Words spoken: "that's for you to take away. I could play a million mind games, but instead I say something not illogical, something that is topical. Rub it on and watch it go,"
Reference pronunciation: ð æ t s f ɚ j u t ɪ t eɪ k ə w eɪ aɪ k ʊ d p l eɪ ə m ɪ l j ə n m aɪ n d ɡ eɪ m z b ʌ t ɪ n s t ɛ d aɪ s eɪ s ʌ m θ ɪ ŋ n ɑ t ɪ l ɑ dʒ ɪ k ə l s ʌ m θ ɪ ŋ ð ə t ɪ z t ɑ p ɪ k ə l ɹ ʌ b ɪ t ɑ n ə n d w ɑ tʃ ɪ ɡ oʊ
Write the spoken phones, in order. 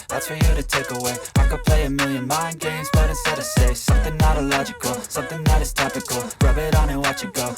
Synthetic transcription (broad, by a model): ð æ t s f ɚ j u t ɪ t eɪ k ə w eɪ aɪ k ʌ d p l eɪ ə m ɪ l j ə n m aɪ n ɡ eɪ m z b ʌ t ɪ s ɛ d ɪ s eɪ s ʌ m θ ɪ ŋ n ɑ t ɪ l ɑ dʒ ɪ k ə l s ʌ m θ ɪ ŋ ð ə t ɪ z t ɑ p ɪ k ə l ɹ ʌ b ɪ t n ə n w ɑ tʃ ɪ ɡ oʊ